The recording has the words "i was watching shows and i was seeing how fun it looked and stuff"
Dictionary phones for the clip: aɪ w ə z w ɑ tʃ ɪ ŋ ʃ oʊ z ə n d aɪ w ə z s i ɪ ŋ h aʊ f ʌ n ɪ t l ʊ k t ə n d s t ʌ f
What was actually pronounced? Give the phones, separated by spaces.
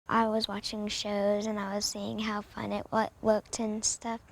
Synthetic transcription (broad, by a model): aɪ w ə z w ɑ tʃ ɪ ŋ ʃ oʊ z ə n aɪ w ə z s i ɪ ŋ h aʊ f ʌ n ɪ t w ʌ k t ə n s t ʌ f